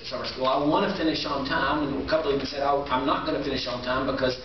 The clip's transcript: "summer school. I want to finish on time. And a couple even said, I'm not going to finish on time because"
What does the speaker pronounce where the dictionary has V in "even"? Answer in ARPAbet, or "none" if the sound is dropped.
B